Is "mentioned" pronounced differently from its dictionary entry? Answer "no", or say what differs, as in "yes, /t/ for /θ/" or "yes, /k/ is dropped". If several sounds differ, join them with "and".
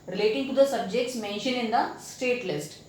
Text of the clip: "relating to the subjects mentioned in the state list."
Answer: yes, /d/ is dropped